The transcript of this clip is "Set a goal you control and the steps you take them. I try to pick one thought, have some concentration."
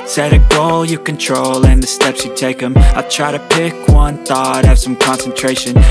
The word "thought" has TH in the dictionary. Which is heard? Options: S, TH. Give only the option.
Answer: TH